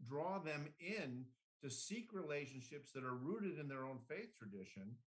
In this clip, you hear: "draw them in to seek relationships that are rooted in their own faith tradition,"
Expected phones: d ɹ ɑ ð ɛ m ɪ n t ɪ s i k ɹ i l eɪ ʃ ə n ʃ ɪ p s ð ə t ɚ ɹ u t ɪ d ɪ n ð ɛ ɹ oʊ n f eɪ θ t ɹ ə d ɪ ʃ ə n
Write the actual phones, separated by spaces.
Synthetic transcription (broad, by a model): d ɹ ɑ ð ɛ m ɪ n t ɪ s i k ɹ i l eɪ ʃ ə n ʃ ɪ p s ð ə t ɚ ɹ u t ɪ d ɪ n ð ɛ ɹ oʊ n f eɪ θ t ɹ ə d ɪ ʃ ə n